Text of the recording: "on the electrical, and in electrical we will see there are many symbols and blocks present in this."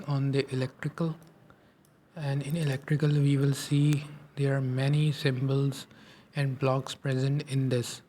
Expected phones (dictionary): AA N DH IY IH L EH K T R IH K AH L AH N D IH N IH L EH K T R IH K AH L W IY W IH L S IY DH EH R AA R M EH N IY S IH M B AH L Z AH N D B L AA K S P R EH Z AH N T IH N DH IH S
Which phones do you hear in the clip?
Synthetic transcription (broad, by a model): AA N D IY IH L EH K T R IH K AH L AH N D IH N IH L EH K T R IH K AH L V IY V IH L S IY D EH R AA R M EH N IY S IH M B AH L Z AH N D B L AA K S P R EH Z AH N T IH N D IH S